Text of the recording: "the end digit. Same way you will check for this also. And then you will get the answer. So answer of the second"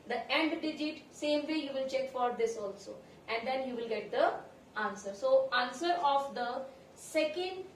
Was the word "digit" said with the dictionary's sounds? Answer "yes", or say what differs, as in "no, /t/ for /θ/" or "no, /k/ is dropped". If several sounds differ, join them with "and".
yes